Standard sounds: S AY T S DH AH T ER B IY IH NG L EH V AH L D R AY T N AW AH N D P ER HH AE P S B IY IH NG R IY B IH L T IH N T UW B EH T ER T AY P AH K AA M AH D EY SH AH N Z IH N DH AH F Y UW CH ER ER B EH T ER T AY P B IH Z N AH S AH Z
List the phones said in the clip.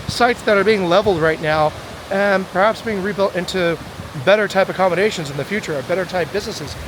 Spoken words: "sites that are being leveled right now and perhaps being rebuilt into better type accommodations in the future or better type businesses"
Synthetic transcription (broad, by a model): S AY T S DH AH T ER B IY IH NG L EH V L D R AY T N AW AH N P ER HH AE P S B IY IH NG R IY B IH L T IH N T UW B EH T ER T AY P AH K AA M AH D EY SH AH N Z IH N DH AH F Y UW CH ER ER B EH T ER T AY P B IH Z N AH S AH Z